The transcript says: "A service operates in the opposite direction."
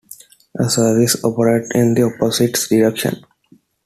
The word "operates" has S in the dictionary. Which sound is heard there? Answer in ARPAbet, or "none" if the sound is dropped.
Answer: none